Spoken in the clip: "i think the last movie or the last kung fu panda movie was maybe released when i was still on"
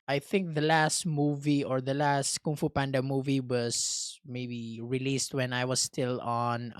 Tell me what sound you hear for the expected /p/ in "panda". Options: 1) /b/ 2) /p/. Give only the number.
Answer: 2